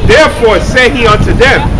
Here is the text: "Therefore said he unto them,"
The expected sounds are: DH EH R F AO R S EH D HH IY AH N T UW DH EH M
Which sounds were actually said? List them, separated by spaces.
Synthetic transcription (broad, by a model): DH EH R F AO R S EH HH IY AH N T UW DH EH M